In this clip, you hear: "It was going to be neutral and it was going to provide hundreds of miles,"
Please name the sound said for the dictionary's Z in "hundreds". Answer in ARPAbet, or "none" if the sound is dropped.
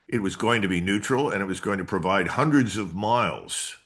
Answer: Z